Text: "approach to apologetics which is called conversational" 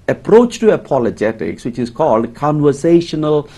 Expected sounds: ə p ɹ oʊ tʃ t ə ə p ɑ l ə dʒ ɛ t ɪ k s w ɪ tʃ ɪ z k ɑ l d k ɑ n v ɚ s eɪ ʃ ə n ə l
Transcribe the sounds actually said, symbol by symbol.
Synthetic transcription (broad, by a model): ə p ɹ oʊ tʃ t ə ə p ɑ l ə dʒ ɛ t ɪ k s w ɪ tʃ ɪ z k ɑ l d k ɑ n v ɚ s eɪ ʃ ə n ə l